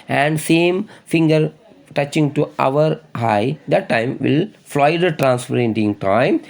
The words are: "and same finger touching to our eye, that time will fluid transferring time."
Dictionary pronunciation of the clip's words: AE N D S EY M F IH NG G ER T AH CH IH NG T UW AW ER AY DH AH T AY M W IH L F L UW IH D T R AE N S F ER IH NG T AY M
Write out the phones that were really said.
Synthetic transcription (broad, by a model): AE N D S EY M F IH NG G ER T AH CH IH NG T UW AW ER AY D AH T AY M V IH L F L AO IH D T R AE N S P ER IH NG T AY M